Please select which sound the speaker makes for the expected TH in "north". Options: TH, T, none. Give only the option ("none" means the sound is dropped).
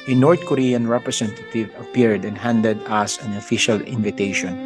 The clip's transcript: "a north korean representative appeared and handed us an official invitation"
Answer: T